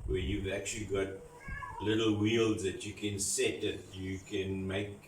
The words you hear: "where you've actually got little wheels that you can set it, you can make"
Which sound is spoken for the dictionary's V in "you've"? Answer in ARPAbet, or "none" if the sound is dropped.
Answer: V